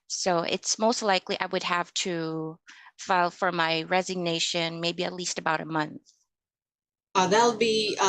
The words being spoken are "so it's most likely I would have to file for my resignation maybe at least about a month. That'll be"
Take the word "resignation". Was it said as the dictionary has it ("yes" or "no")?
yes